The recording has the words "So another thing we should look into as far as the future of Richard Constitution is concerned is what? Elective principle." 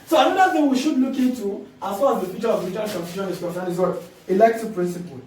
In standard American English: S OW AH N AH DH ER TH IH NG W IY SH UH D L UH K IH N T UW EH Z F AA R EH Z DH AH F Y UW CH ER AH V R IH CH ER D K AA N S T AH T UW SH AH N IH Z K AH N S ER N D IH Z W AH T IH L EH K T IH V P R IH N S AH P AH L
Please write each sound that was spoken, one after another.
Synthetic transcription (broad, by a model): S OW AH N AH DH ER TH IH NG W IY SH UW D L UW K IH N T UW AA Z F AA R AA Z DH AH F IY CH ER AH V L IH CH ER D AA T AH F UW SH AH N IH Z K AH N S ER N IH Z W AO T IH L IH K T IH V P R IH N S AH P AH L